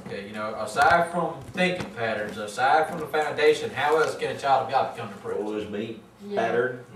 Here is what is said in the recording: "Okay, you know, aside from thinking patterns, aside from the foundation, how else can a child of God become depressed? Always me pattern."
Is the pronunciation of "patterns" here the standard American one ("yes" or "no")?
yes